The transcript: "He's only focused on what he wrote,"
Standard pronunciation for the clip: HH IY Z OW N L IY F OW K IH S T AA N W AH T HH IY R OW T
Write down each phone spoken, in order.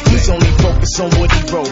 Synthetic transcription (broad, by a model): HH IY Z OW N L IY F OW K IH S AA N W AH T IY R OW